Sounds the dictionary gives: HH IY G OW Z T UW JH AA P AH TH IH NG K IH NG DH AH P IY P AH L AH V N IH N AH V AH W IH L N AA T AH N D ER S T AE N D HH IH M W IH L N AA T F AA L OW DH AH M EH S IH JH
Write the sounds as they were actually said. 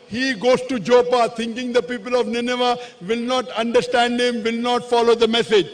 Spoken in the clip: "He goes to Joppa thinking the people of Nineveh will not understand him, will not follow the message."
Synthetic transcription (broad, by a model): HH IY G OW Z T UW JH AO P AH T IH NG K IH NG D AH P IY P AH L AH V N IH N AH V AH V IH L N AA T AH N D ER S T AE N D HH IH M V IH L N AA T F AA L OW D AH M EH S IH JH